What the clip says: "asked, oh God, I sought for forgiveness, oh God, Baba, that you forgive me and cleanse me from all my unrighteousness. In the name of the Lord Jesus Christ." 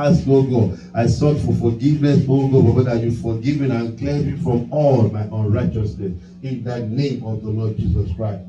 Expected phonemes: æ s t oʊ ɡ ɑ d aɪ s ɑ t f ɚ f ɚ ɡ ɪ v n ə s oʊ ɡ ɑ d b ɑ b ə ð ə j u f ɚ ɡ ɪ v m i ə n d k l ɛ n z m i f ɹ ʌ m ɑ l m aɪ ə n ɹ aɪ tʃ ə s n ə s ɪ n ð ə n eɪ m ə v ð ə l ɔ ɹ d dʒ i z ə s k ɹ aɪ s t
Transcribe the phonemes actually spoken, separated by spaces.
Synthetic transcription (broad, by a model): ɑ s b oʊ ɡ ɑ aɪ s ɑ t f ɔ f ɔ ɡ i v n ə s oʊ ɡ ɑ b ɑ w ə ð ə j u f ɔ ɡ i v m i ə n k l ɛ z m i f ɹ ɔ m ɑ l m aɪ ə n ɹ aɪ tʃ ə s n ə s ɪ n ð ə n eɪ m ə v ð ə l ɔ d dʒ i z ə s k ɹ aɪ s t